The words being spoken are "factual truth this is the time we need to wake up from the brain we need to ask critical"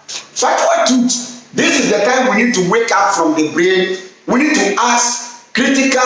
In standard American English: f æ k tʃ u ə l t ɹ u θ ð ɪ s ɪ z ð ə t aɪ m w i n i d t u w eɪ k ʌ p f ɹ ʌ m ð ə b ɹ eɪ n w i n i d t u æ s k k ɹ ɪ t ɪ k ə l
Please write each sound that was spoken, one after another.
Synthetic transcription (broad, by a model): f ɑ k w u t u t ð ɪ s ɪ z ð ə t aɪ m w i n i d t u w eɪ k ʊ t f ɹ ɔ m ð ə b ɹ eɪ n w i n i d t u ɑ s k k ɹ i t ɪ k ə